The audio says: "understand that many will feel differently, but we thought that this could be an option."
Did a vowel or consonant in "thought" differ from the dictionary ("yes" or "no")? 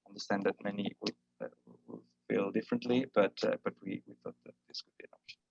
no